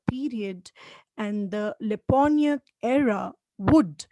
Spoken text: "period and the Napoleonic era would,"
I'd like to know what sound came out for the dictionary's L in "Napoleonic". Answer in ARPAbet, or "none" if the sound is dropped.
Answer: N